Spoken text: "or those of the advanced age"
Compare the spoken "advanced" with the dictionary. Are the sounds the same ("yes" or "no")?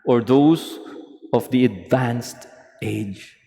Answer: yes